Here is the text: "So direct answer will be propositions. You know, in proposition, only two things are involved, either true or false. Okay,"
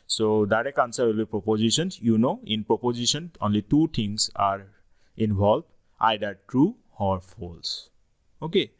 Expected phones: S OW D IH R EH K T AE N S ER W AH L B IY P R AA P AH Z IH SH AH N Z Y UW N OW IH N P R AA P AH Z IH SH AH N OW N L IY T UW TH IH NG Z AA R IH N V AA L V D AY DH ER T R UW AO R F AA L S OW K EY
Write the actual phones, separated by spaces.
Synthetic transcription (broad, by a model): S OW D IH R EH K AA N S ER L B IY P R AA P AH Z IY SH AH N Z Y UW N OW IH N P R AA P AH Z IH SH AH N OW N L IY T UW T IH NG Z AA R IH N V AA L D AY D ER T R UW AO R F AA L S OW K EY